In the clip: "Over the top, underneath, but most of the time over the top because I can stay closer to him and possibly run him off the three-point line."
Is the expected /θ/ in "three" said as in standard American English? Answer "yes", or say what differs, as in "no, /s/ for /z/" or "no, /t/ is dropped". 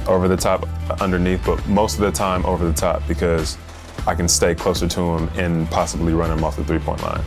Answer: yes